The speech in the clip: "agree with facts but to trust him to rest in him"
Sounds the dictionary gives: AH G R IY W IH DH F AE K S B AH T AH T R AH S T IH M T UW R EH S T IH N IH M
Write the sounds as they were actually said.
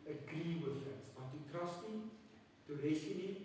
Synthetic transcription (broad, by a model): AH G R IY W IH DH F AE S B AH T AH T R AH S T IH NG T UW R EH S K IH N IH